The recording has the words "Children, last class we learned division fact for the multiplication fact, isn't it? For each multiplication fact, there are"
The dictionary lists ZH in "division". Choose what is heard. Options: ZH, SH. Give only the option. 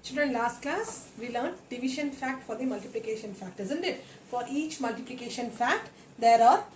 SH